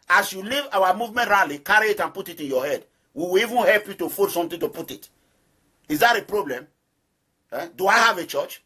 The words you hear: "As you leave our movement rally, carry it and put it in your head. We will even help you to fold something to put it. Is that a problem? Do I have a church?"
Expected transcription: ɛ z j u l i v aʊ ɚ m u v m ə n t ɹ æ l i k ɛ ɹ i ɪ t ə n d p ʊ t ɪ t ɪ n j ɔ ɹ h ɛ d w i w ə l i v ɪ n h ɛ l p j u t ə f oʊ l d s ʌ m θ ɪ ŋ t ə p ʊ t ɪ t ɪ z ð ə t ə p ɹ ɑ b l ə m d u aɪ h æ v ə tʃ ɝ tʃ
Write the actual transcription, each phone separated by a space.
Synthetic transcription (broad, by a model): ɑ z j u l i v aʊ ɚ m u v m ə n t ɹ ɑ l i k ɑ ɹ i ɪ t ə n p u t ɪ t ɪ n j ɔ h ɛ d w i w ə l i v ɪ n h ɛ l p j u t ə f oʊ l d s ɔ m t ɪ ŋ t ə p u t ɪ t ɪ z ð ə t ə p ɹ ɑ b l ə m d u aɪ h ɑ v ə tʃ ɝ tʃ